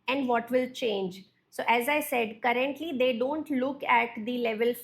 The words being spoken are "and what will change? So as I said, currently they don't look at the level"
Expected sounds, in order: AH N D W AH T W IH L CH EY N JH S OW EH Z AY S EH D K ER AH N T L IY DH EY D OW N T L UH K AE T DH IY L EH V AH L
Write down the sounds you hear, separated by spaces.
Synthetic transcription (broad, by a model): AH N D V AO T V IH L CH EY N JH S OW EH Z AY S EH D K ER AH N T L IY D EY D OW N T L UH K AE T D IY L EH V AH L